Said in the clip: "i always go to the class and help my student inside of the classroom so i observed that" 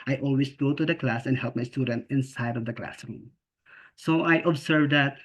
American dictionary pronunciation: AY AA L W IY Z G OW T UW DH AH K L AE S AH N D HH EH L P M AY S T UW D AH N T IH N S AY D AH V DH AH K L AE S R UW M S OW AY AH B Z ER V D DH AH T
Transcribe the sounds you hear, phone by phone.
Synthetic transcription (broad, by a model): AY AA L W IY S G OW T UW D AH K L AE S AH N D HH EH L P M AY S T UW D AH N T IH N S AY D AH V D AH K L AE S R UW M S OW AY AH B S ER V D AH T